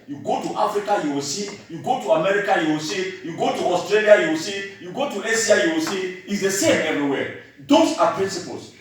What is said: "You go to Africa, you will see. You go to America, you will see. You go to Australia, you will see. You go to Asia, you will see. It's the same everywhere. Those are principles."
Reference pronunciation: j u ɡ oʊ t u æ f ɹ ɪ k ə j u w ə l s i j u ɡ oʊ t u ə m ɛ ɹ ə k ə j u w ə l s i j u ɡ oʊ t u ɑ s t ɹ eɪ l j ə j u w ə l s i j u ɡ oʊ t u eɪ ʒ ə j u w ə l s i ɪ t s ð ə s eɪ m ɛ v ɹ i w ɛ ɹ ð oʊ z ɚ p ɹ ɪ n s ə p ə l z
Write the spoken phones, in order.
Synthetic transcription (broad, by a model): j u ɡ oʊ t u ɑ f ɹ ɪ k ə j u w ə s i j u ɡ oʊ t u ə m ɛ ɹ ə k ə j u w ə s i j u ɡ oʊ t u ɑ s t ɹ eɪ l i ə j u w s i j u ɡ oʊ t u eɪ s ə j u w s i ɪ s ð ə s eɪ m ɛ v ɹ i w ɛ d oʊ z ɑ p ɹ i n s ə p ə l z